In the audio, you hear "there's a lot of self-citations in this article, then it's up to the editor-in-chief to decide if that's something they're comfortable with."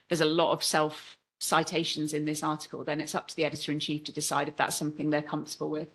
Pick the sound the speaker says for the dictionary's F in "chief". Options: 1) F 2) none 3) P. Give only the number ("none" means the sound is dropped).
1